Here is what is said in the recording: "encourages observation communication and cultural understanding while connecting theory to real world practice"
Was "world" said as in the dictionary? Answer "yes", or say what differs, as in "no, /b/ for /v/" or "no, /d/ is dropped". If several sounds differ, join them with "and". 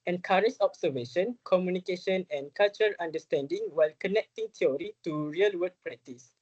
no, /l/ is dropped